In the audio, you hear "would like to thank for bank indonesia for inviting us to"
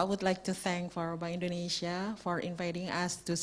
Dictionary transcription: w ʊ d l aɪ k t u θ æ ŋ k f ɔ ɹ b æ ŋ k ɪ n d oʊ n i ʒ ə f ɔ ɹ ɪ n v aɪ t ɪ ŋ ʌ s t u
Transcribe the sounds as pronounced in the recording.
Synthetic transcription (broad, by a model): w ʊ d l aɪ k t u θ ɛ ŋ k f ɔ ɹ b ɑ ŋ ɪ n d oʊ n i ʃ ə f ɔ ɹ ɪ n v aɪ t ɪ ŋ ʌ s t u